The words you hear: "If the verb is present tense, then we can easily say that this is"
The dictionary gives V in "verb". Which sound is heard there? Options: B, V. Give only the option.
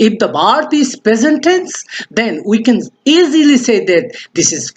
B